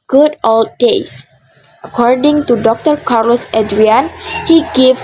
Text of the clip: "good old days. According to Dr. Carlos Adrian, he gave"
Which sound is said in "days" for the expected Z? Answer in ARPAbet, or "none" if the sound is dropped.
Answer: S